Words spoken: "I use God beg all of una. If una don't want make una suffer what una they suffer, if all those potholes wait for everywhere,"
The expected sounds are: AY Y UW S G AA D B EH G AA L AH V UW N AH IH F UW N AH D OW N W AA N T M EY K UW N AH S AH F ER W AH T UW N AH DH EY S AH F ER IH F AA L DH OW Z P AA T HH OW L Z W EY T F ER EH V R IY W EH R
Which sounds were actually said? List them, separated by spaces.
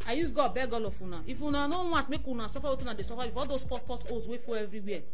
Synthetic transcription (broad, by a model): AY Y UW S G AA B EH G AA L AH F UW N AH IH F UW N AH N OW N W AA T M EY K UW N AH S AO F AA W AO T UW N AH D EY S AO F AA IH F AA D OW S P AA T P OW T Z W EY F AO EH V R IY W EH